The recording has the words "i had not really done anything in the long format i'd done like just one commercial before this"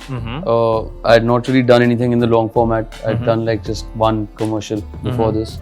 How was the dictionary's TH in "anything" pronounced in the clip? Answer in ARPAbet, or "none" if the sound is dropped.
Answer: T